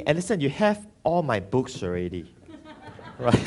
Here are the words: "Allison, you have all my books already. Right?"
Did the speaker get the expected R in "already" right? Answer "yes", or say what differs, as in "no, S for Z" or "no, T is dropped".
yes